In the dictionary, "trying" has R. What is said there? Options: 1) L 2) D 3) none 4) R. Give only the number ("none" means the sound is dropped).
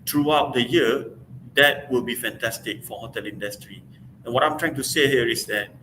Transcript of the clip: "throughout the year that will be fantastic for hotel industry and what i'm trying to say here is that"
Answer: 4